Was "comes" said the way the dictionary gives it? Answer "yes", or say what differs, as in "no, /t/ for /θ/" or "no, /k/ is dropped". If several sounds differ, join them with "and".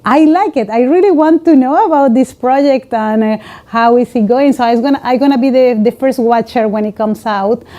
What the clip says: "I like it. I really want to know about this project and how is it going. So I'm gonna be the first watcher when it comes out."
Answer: no, /s/ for /z/